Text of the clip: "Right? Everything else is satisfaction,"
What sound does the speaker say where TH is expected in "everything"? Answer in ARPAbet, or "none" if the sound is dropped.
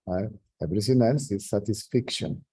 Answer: S